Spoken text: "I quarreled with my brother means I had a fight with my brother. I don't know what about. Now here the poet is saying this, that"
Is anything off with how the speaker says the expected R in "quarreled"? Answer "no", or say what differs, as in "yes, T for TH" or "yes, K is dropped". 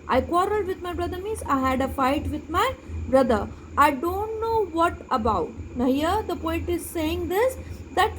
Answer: no